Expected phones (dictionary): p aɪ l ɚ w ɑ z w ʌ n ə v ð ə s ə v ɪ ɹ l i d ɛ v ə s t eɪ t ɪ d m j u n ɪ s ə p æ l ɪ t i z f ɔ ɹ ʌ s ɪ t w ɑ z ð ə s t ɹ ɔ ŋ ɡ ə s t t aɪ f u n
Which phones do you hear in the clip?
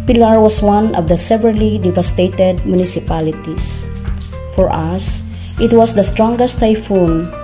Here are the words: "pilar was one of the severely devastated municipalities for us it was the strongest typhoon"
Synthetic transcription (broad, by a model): p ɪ l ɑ w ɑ s w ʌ n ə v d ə s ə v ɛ ɹ l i d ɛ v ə s t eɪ t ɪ d m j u n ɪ s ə p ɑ l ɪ t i s f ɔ ɹ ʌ s ɪ t w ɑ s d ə s t ɹ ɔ ŋ ɡ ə s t t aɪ f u n